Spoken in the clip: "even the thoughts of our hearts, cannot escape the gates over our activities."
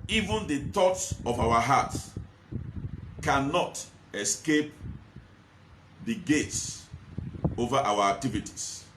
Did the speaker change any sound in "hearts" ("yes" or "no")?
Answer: yes